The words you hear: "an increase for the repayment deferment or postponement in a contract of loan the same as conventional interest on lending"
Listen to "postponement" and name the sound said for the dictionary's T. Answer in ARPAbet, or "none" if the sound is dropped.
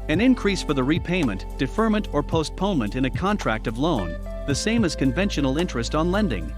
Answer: T